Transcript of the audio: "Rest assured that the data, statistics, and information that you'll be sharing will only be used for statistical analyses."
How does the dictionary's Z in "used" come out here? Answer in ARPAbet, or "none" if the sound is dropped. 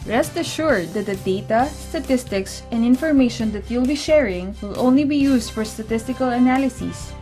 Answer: S